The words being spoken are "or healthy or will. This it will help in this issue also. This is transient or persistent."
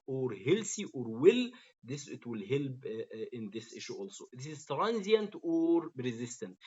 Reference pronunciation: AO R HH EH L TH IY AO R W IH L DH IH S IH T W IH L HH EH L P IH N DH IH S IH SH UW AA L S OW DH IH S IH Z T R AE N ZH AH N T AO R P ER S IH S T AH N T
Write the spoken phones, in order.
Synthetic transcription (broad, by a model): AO R HH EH L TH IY AO R W IH L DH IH S IH T W IH L HH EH L B IH N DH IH S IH SH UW AA L S OW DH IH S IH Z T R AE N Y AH N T AO R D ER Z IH S T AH N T